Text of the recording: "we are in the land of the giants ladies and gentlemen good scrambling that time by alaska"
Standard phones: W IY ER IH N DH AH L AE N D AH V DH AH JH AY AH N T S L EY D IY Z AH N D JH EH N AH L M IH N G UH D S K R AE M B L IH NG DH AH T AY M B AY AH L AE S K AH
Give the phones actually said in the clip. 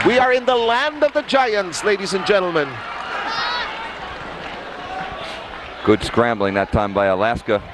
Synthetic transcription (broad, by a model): W IY ER IH N DH AH L AE N D AH V DH AH JH AY AH N T S L EY D IY Z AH N JH EH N L M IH N G UH D S K R AE M B L IH NG DH AH T AY M B AY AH L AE S K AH